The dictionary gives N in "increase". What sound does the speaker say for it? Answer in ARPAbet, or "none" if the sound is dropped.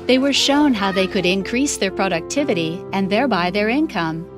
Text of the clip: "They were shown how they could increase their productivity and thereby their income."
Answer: N